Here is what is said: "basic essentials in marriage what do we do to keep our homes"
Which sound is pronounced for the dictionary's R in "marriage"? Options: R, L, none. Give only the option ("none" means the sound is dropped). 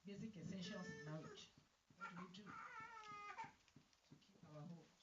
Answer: L